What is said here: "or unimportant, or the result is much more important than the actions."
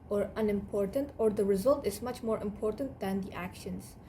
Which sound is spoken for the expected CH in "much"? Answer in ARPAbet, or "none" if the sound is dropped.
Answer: CH